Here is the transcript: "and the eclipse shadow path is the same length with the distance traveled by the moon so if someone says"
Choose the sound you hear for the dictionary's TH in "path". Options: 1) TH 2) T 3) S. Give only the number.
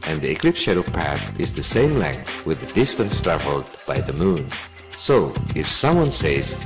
1